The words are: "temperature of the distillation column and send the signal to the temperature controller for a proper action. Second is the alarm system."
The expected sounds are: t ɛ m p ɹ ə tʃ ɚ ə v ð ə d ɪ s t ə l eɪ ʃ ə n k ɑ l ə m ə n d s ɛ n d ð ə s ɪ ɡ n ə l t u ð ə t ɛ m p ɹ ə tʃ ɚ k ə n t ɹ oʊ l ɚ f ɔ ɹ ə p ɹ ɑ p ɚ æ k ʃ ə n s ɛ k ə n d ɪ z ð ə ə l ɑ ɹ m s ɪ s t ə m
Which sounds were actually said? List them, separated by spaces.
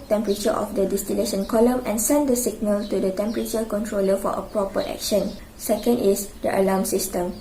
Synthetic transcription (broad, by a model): t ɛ m p ɹ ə tʃ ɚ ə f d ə d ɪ s t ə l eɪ ʃ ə n k ɑ l ə m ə n s ɛ n d ə s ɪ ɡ n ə l t u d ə t ɛ m p ɹ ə tʃ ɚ k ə n t ɹ oʊ l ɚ f ɔ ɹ ə p ɹ ɑ p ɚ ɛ k ʃ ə n s ɛ k ə n d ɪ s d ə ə l ɑ m s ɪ s t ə m